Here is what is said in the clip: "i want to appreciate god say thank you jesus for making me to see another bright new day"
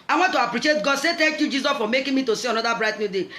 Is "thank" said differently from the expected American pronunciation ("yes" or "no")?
yes